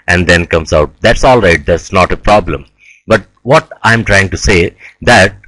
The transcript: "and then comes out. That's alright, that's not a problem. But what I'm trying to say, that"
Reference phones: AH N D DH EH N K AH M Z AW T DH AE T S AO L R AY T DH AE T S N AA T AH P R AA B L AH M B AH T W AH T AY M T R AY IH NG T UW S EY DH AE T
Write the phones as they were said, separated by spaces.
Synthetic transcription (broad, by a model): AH N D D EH N K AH M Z AW T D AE T S AO L R AY T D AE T S N AA T AH P R AA B L AH M B AH T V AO T AY M T R AY IH NG T UW S EY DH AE T